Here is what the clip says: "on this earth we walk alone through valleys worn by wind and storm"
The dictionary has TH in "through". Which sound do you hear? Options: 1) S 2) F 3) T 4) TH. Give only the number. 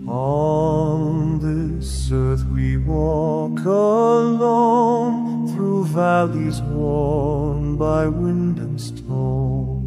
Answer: 4